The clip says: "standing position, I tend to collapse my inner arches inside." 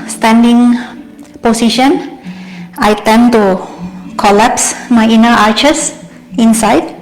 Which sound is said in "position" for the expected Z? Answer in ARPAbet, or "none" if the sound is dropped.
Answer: S